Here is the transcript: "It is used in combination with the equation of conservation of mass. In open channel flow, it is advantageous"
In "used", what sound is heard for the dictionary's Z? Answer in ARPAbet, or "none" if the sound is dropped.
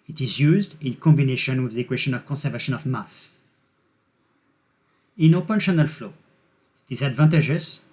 Z